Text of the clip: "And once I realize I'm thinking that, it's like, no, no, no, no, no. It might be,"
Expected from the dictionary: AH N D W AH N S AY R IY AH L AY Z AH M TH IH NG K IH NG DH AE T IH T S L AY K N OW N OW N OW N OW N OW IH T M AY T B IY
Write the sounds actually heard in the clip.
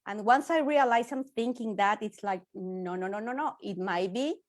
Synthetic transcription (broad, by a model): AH N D W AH N S AY R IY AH L AY S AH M TH IH NG K IH NG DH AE T IH T S L AY K N OW N OW N OW N OW N OW IH T M AY T B IY